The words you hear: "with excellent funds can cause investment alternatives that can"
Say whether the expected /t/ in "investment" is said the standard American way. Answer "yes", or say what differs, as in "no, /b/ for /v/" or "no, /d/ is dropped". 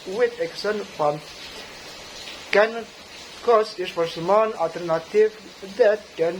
no, /t/ is dropped